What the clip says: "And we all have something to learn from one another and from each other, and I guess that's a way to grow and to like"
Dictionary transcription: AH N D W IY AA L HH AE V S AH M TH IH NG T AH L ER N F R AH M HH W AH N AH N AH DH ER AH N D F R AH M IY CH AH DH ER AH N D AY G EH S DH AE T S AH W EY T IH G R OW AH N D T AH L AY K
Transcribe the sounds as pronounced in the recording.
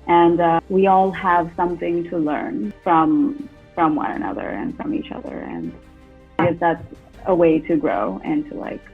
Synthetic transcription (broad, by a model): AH N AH W IY AA L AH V S AH M TH IH NG T AH L ER N F R AH M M W AH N AH N AH DH ER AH N F R AH M IY CH AH DH ER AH N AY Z DH AE T S AH W EY T IH G R OW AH N T AH L AY K